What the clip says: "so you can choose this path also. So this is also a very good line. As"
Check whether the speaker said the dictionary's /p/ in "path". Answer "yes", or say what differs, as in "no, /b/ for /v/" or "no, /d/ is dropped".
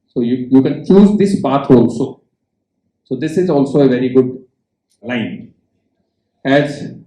no, /b/ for /p/